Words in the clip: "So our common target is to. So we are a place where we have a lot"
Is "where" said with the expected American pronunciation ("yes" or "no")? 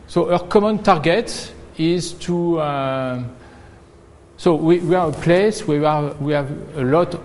no